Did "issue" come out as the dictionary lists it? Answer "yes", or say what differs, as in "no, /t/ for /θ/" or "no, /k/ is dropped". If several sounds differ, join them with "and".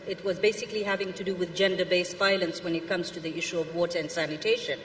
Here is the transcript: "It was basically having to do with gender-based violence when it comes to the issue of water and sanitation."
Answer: yes